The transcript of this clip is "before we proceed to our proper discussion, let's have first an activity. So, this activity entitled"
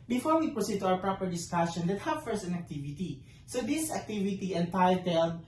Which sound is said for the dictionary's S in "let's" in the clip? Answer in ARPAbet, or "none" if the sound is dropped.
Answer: none